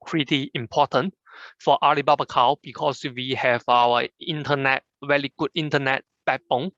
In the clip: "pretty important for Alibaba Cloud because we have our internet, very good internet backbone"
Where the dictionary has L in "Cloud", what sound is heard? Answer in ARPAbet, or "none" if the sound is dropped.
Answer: none